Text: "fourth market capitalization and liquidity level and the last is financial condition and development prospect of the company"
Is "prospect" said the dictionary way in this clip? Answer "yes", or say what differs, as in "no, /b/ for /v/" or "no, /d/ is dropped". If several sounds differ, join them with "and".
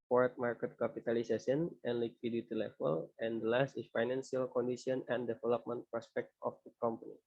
yes